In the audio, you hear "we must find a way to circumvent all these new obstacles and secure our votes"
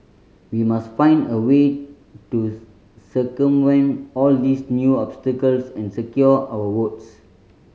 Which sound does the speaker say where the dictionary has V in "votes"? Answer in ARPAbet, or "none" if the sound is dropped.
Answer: W